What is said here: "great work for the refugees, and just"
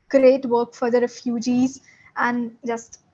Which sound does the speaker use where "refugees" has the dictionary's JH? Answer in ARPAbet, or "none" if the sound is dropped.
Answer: JH